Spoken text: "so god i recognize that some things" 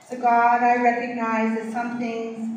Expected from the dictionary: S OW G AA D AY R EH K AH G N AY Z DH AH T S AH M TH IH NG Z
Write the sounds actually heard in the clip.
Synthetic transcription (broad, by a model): S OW G AA D AY R EH K AH G N AY Z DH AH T S AH M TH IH NG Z